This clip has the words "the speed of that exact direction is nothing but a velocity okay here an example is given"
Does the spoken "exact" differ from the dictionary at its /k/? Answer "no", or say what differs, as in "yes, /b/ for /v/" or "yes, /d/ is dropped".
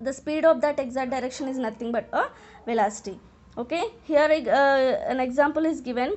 yes, /k/ is dropped